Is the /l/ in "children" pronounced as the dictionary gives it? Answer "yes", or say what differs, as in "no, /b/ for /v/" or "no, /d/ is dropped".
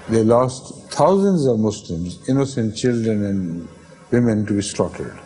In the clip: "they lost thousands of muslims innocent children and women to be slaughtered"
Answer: yes